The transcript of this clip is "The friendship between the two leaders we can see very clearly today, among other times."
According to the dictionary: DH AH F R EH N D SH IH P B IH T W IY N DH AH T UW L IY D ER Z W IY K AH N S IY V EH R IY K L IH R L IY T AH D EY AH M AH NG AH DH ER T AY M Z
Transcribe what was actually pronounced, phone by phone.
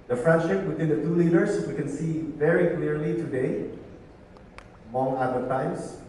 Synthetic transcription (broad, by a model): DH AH F R EH N D SH IH P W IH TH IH N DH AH T UW L IY D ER S W IY K AH N S IY V EH R IY K L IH R L IY T AH D EY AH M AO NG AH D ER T AY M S